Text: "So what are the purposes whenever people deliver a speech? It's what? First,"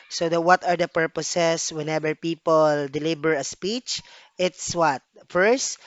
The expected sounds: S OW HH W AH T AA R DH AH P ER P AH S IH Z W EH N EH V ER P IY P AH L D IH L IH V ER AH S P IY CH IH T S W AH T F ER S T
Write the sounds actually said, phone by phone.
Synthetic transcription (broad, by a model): S OW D W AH T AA R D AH P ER P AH S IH S W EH N EH B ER P IY P AH L D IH L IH B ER AH S P IY CH IH T S W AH T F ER S T